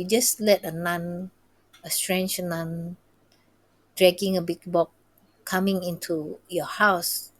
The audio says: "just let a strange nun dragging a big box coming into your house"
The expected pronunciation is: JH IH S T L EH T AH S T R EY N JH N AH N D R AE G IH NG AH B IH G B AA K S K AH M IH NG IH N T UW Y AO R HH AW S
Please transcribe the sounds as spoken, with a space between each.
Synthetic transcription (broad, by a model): JH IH S L EH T AH S T R EY N JH N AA N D R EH G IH NG AH B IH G B AA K K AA M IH NG IH N T UW Y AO HH AW S